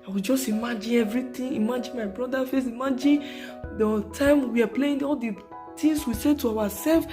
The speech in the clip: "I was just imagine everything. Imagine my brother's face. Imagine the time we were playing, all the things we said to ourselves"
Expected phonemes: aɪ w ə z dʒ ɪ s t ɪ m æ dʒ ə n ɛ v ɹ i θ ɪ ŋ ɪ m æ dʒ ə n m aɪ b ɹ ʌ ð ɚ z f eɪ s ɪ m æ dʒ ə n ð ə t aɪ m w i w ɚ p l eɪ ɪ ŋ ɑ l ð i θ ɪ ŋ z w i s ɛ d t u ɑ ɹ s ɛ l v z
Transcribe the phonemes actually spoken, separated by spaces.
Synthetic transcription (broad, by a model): aɪ w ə dʒ ɪ s t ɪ m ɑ dʒ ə n ɛ v ɹ i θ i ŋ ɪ m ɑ dʒ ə n m aɪ b ɹ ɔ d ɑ f eɪ s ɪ m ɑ dʒ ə n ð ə t aɪ m w i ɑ p l eɪ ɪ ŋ ɑ l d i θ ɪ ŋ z w i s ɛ t u ɑ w s ɛ l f